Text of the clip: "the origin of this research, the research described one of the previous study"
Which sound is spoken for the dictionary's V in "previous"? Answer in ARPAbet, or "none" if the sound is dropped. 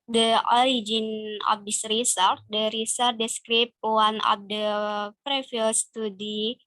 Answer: F